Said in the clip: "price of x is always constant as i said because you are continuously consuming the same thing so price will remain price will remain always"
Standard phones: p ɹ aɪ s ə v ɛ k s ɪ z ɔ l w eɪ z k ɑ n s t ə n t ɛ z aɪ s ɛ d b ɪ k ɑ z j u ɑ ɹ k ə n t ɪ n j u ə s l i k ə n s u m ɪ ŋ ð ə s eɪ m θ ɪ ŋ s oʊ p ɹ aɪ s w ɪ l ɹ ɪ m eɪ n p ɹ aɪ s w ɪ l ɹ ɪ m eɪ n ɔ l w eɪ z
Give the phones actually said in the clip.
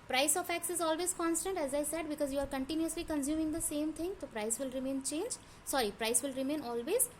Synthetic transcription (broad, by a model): p ɹ aɪ s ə f ɛ k s ɪ z ɔ l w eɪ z k ɑ n s t ə n t ɛ z aɪ s ɛ d b ɪ k ɑ z j u ɑ ɹ k ə n t ɪ n j u ə s l i k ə n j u m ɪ ŋ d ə s eɪ m t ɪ ŋ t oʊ p ɹ aɪ s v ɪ l ɹ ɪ m eɪ n p ɹ aɪ s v ɪ l ɹ ɪ m eɪ n ɔ l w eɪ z